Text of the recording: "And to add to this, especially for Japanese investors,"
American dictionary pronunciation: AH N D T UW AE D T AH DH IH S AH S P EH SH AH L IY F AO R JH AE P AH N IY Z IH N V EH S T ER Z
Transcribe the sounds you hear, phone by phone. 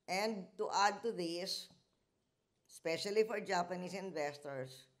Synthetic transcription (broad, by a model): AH N D T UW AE D T AH DH IH S S P EH SH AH L IY F AO R JH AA P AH N IY S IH N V EH S T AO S